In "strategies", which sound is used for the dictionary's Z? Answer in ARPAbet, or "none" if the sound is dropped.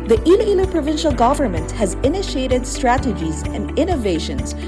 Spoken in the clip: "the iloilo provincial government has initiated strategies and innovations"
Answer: Z